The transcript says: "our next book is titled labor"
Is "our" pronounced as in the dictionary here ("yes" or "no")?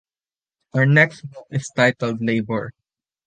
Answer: yes